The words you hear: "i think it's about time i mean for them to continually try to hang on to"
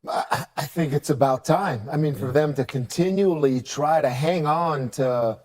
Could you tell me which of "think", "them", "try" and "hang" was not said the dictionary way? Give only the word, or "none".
none